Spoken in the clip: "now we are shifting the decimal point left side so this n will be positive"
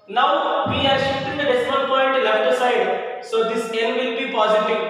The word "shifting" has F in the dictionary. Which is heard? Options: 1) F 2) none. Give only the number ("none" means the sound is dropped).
2